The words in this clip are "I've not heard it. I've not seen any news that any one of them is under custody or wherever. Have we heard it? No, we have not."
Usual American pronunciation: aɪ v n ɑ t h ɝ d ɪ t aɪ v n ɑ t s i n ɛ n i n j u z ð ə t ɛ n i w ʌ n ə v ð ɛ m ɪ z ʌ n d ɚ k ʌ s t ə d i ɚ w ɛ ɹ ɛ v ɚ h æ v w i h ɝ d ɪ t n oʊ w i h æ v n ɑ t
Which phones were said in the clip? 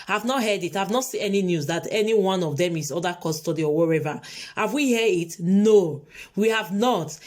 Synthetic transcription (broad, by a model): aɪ v n ɑ t h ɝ d ɪ t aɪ v n ɑ t s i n ɛ n i n j u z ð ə t ɛ n i w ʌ n ə v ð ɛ m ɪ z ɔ d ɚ k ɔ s t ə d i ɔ w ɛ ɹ ɛ v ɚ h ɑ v w i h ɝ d ɪ t n oʊ w i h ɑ v n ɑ t